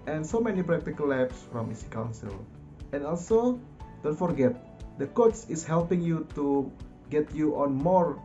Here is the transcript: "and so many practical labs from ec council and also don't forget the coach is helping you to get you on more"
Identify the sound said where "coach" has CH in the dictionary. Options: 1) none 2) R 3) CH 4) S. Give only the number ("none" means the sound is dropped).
4